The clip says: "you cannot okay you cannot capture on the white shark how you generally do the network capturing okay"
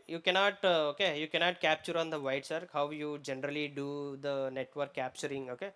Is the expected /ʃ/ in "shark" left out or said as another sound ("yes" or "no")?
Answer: yes